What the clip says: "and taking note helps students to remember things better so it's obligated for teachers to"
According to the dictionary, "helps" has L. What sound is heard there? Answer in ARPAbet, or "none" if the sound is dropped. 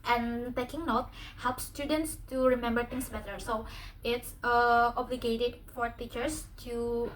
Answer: L